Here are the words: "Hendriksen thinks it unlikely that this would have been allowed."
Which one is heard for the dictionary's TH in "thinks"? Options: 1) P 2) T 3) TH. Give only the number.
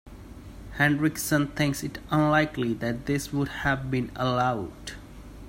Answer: 2